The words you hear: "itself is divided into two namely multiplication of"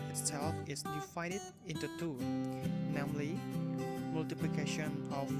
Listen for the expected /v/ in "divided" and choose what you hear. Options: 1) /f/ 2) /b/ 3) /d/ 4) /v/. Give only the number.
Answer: 1